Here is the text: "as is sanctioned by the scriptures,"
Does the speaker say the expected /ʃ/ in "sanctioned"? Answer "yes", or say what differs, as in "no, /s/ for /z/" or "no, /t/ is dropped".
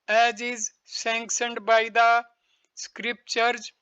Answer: no, /s/ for /ʃ/